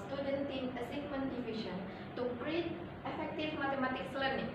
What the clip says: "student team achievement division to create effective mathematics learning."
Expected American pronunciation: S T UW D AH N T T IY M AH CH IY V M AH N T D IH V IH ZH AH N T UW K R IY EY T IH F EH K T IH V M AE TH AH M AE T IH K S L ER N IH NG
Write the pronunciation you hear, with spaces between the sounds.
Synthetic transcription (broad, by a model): S T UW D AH N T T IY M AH S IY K M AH N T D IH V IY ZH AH N T UW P R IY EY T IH F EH K T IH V M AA T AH M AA T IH K S L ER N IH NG